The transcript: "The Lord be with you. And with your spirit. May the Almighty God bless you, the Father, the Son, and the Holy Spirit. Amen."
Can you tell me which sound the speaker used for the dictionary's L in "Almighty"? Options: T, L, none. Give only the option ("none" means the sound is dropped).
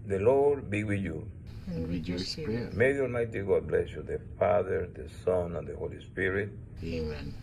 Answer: none